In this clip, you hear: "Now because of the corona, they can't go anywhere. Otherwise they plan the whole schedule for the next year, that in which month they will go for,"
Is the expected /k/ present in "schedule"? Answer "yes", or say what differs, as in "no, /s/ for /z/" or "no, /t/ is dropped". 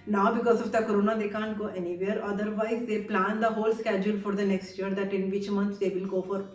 yes